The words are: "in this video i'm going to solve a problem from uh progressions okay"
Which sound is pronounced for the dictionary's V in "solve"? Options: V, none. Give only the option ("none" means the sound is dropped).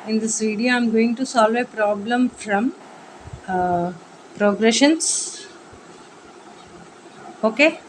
V